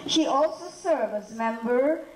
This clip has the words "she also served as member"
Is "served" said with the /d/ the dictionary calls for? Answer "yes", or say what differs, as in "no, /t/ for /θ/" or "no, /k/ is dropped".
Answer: no, /d/ is dropped